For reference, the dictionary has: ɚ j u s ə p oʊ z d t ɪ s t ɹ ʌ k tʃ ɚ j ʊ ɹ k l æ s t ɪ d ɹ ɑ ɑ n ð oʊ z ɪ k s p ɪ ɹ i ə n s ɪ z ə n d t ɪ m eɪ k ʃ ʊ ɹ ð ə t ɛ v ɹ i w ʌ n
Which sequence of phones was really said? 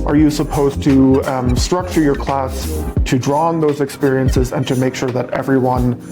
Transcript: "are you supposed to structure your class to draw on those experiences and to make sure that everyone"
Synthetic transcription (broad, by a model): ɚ j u s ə p oʊ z t ɪ s t ɹ ʌ k tʃ ɚ j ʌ ɹ k l æ s t ɪ d ɹ ɑ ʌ n ð oʊ z ɪ k s p ɪ ɹ i ə n s ɪ z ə n t ɪ m eɪ k ʃ ʊ ɹ ð ə t ɛ v ɹ i w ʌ n